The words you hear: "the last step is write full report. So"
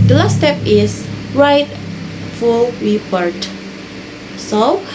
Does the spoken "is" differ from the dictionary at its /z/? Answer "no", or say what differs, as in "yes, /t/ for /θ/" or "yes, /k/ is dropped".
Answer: yes, /s/ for /z/